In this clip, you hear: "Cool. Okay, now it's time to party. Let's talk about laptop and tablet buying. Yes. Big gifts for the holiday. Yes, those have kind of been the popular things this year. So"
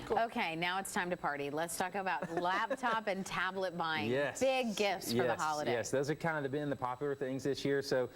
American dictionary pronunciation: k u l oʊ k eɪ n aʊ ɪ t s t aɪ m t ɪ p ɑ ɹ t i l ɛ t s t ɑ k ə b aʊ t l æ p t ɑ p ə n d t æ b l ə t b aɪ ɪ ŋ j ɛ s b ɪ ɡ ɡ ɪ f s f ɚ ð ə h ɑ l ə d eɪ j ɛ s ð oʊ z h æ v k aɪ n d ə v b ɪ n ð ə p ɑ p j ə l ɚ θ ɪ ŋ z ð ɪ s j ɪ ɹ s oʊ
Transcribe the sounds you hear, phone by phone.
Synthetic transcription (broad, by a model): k oʊ k eɪ n aʊ ɪ t s t aɪ m t ɪ p ɑ ɹ t i l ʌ t s t ɑ k ə b aʊ t l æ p t ɑ p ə n t æ b l ə t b aɪ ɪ j ɛ s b ɪ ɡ ɡ ɪ f s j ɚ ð h ɑ l ə d eɪ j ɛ s ð oʊ z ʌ k aɪ n d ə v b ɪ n ð ə p ɑ p j l ɚ θ ɪ ŋ z ð ɪ s j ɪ ɹ s oʊ